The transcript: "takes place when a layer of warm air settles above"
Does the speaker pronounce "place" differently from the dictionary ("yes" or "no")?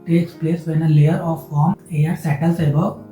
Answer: no